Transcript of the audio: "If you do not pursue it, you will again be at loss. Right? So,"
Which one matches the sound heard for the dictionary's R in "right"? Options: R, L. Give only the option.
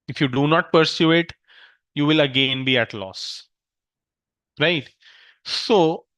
R